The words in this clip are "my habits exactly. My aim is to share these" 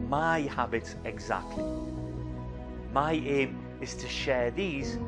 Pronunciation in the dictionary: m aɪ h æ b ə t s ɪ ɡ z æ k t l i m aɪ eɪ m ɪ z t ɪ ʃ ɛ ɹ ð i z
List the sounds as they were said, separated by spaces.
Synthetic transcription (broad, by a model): m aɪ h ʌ b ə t ɪ ɡ z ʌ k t l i m aɪ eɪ m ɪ s t ɪ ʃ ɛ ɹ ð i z